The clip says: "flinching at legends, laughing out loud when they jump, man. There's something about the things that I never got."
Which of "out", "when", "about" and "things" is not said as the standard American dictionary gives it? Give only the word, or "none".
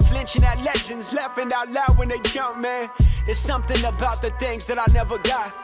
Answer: none